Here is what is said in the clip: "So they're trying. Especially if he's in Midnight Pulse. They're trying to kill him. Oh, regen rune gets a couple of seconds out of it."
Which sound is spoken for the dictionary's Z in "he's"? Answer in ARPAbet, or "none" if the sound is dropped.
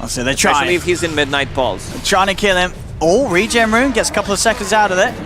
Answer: Z